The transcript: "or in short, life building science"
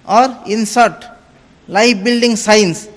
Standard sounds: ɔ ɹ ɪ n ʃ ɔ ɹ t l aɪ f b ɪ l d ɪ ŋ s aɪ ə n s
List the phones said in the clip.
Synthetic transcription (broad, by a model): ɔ ɹ ɪ n s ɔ ɹ t l aɪ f b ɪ l d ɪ ŋ s aɪ n s